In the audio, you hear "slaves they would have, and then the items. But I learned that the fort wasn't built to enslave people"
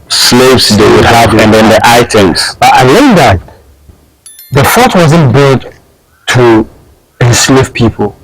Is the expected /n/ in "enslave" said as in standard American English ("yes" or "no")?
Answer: no